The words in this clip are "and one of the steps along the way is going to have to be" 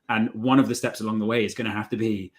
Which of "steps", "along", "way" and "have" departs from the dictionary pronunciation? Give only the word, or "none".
have